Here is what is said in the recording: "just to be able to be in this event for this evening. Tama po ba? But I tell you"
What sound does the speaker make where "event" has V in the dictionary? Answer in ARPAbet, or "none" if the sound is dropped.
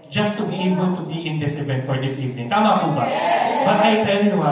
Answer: B